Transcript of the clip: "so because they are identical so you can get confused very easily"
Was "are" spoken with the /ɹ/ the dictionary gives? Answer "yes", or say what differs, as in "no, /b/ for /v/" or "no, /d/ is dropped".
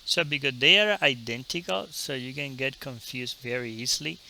yes